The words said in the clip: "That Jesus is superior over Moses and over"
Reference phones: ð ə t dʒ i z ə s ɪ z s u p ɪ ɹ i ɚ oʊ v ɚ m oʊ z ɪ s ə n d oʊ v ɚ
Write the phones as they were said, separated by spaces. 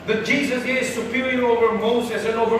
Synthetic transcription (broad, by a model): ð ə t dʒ i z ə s ɪ z s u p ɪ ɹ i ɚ oʊ v ɚ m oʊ s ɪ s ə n oʊ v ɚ